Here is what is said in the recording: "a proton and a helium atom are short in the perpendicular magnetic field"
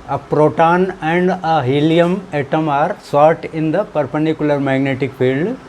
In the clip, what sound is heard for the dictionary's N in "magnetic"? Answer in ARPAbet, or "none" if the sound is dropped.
N